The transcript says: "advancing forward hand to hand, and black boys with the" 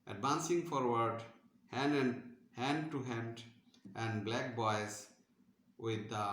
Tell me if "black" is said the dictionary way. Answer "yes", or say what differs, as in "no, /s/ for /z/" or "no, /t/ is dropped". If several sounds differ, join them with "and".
yes